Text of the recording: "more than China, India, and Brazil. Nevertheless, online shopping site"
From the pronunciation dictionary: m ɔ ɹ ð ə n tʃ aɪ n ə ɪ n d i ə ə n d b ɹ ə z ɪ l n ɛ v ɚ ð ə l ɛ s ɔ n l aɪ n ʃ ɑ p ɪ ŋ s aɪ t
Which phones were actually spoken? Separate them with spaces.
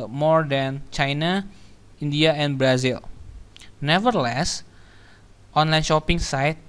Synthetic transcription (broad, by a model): m ɔ ɹ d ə n tʃ aɪ n ə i n d i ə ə n b ɹ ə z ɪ l n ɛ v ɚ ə l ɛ s ɔ n l aɪ n ʃ ɑ p ɪ ŋ s aɪ t